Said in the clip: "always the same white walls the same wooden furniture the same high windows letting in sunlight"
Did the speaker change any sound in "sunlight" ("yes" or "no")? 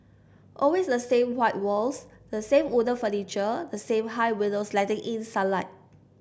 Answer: yes